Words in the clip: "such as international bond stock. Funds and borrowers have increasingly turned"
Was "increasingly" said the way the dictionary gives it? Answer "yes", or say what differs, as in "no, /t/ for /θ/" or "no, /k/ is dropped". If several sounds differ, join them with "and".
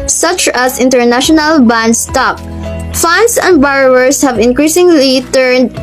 yes